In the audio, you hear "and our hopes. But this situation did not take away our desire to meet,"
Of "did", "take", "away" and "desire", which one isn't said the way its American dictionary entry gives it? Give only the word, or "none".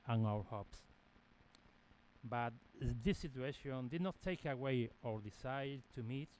desire